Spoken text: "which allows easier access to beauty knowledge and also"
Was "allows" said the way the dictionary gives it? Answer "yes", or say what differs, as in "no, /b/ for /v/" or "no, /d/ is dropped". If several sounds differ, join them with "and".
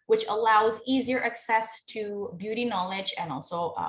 yes